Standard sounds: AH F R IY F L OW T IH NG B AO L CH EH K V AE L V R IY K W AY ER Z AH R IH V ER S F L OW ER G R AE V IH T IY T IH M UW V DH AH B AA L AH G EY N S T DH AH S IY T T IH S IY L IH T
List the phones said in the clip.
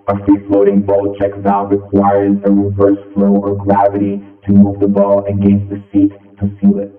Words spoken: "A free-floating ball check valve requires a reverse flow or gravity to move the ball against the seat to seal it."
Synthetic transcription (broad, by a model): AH F R IY F L OW T IH NG B AO L CH EH K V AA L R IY K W AY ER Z AH R IH V ER S F L OW ER G R AE V IH T IY T IH M UW V DH AH B AA L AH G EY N DH AH S IY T T IH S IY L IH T